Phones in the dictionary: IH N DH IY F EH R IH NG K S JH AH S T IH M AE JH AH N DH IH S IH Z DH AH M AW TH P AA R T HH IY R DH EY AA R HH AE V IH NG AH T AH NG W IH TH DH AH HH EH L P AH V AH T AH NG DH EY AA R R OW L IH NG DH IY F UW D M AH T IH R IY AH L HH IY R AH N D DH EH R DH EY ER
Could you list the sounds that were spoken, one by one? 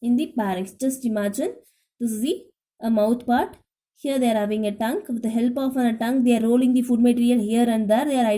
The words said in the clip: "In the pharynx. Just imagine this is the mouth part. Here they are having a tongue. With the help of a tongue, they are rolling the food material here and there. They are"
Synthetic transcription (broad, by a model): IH N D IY P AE R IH K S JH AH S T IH M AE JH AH N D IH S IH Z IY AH M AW T P AA R T HH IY R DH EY AA R HH AE V IH NG AH T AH NG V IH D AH HH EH L P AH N AH T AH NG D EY AA R R OW L IH NG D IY F UW D M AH T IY R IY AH L HH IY R AH N D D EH R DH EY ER